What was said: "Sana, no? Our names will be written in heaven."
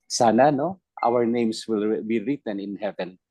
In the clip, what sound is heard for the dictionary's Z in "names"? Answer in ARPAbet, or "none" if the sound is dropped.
S